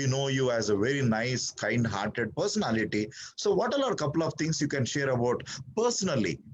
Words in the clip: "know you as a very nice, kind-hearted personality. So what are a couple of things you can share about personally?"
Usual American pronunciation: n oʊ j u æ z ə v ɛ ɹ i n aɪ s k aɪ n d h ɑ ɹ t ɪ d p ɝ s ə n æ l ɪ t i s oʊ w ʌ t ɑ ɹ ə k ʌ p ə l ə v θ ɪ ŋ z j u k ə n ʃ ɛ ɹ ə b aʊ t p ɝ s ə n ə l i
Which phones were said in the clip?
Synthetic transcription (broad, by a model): n oʊ j u æ z ə v ɛ ɹ i n aɪ s k aɪ n d h ɑ ɹ t ɪ d p ɝ s ə n æ l ɪ t i s oʊ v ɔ t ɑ l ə k ʌ p ə l ə v t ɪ ŋ s j u k ə n ʃ ɛ ɹ ə b aʊ t p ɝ s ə n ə l i